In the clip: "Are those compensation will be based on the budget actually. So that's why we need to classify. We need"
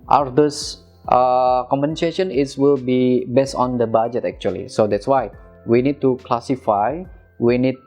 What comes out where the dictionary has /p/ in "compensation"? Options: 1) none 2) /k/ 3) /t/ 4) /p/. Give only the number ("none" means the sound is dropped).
1